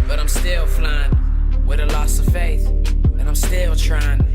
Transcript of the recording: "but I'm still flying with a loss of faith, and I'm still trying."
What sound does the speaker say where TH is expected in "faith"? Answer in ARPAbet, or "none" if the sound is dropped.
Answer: TH